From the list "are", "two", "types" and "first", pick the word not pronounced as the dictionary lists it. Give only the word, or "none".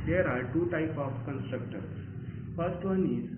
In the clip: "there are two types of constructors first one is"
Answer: types